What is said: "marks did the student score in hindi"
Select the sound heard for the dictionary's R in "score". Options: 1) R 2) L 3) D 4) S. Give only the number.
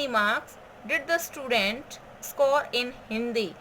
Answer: 1